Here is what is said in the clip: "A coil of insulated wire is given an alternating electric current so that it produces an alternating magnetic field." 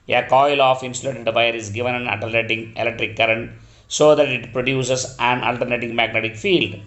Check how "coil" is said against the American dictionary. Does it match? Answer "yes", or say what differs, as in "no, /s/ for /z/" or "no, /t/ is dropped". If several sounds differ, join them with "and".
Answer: yes